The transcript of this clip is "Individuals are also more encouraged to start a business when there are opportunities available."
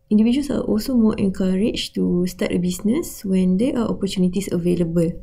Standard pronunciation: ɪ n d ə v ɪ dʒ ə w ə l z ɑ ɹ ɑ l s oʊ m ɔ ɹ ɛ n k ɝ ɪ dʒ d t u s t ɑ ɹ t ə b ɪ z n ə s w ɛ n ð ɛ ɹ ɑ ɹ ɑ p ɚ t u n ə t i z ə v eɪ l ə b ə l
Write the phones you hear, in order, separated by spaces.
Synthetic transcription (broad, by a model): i n d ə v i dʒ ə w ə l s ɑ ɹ ɑ l s oʊ m ɔ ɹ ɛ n k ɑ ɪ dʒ t u s t ɑ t ə b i s n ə s w ɛ n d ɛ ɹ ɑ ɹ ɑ p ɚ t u n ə t i s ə v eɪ l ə b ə l